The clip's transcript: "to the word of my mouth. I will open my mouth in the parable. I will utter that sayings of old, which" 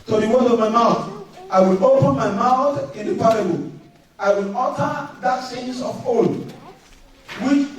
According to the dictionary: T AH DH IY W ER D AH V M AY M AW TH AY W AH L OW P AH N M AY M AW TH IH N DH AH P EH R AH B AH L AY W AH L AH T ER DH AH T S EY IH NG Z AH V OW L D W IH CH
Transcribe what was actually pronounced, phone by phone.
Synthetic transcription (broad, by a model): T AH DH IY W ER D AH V M AY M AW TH AY W AH L OW P AH N M AY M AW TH IH N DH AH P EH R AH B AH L AY W AH L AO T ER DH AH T S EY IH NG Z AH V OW D W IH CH